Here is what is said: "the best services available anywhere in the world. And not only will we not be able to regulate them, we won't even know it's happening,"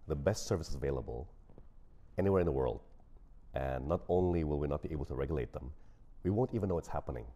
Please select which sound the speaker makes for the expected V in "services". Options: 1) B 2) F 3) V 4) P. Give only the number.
3